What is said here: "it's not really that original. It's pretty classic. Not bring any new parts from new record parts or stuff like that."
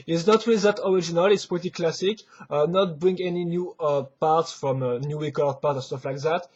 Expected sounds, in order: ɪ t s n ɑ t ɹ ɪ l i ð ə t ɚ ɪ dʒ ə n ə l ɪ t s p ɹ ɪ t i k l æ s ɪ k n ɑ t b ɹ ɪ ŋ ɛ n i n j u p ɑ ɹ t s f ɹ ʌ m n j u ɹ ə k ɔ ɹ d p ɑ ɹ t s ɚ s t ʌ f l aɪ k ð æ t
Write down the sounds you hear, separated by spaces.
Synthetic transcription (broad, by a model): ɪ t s n ɑ t w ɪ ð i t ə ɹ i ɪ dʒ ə n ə l ɪ t s p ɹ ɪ t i k l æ s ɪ k n ɑ t b ɹ ɪ ŋ ɛ n i n j u p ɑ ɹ t s f ɹ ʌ m n j u w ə k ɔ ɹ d p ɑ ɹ t ɚ s t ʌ f l aɪ k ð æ t